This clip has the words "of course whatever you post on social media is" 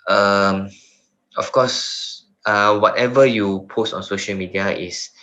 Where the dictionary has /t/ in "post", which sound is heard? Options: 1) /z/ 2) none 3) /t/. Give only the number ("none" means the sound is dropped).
3